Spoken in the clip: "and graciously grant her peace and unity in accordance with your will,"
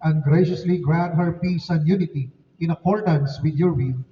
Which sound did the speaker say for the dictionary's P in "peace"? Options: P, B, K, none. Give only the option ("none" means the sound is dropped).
P